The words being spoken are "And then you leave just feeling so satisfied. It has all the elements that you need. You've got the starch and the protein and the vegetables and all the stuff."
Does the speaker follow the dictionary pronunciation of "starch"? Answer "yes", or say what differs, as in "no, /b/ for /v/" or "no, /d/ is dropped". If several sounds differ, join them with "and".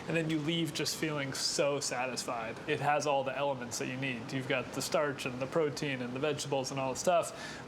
yes